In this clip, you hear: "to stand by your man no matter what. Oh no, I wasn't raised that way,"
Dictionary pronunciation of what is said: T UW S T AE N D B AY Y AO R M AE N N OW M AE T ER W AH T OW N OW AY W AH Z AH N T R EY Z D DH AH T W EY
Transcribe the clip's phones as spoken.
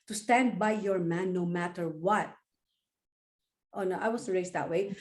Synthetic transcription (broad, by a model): T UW S T AE N D B AY Y AO R M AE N N OW M AE T ER W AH T OW N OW AY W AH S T R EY S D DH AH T W EY